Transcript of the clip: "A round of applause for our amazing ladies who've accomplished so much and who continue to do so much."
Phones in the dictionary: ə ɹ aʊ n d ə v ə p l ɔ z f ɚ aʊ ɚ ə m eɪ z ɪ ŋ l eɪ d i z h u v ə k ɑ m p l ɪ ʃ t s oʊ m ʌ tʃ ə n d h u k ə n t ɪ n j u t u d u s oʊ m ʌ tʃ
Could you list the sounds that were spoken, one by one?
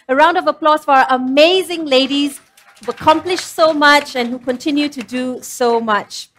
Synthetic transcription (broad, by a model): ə ɹ aʊ n d ə v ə p l ɔ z f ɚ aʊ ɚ ə m eɪ z ɪ ŋ l eɪ d i z h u ə k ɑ m p l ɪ ʃ s oʊ m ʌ tʃ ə n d h u k ə n t ɪ n j u t u d u s oʊ m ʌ tʃ